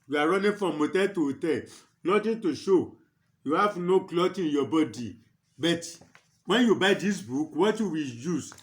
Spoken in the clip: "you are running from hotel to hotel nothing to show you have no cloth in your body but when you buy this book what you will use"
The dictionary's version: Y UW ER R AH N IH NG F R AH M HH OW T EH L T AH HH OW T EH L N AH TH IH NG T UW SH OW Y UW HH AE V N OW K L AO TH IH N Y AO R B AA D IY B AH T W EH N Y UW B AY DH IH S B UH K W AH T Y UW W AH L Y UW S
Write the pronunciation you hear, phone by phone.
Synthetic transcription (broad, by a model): Y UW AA R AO N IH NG F R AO M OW T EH T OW T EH N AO T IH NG T UW SH OW Y UW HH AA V N OW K L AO T IH N Y AO B AA D IY B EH T W EH N Y UW B AY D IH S B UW K W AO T Y UW W AH L Y UW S